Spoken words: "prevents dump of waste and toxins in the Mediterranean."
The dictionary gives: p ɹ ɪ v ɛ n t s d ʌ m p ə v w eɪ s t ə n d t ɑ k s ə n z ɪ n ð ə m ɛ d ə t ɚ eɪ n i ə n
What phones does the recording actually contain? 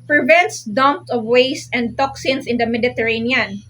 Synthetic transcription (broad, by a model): p ɹ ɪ v ɛ n t s d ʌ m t ə v w eɪ s t ə n d t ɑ k s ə n s ɪ n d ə m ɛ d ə t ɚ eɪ n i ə n